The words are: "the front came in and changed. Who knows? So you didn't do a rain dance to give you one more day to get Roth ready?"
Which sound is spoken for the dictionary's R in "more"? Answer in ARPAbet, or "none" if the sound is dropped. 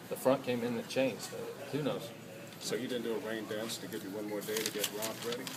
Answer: R